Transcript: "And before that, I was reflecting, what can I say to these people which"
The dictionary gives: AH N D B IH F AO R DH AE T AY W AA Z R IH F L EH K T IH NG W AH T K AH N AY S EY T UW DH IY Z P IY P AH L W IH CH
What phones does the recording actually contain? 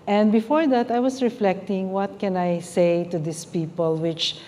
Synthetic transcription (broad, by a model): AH N D B IH F AO R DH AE T AY W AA S R IH F L EH K T IH NG W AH T K AH N AY S EY T UW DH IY S P IY P AH L W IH CH